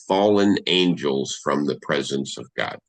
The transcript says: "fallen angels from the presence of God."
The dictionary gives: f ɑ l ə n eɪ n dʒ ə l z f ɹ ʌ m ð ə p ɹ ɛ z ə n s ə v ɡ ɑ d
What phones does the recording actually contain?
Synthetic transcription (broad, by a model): f ɑ l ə n eɪ n dʒ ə l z f ɹ ʌ m ð ə p ɹ ɛ z ə n s ə v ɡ ɑ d